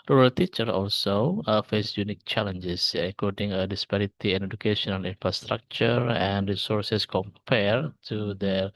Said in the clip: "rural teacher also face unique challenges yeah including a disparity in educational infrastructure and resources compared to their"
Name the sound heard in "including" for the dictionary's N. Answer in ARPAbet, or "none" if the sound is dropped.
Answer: none